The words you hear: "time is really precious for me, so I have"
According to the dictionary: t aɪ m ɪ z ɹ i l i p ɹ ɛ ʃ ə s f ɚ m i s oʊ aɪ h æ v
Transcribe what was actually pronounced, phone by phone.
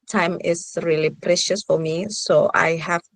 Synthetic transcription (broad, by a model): t aɪ m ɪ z ɹ i l i p ɹ ɛ ʃ ə s f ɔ m i s oʊ aɪ h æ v